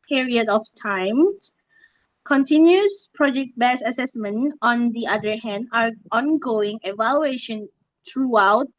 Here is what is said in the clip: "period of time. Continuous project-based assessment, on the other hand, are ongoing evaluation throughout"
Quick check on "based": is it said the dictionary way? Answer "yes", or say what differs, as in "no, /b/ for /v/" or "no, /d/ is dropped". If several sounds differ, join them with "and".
no, /t/ is dropped